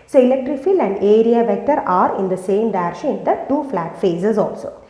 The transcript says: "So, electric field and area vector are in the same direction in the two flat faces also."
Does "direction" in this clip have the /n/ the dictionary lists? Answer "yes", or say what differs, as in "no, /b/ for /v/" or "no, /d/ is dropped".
no, /n/ is dropped